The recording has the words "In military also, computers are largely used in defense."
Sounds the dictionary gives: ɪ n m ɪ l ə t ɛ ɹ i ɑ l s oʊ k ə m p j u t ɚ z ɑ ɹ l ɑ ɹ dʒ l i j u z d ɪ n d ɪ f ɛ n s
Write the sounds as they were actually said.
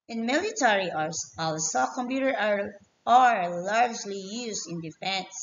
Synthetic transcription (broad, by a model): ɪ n m ɪ l ə t ɛ ɹ i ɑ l s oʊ k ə m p j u t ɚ ɑ ɹ l ɑ ɹ dʒ l i j u z d ɪ n d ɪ f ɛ n s